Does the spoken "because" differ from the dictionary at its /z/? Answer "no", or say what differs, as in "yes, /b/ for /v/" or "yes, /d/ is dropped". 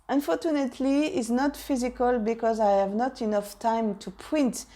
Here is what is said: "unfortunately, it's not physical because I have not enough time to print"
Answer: no